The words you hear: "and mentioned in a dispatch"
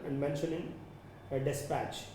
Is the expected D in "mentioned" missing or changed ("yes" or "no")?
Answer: yes